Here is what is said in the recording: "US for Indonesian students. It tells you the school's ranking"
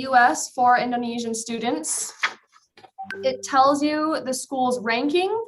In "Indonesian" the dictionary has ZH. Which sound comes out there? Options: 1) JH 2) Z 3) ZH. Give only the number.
3